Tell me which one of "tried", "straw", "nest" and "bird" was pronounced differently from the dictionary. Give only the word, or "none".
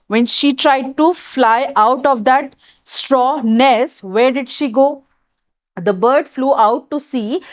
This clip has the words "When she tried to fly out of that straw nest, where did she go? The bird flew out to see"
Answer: none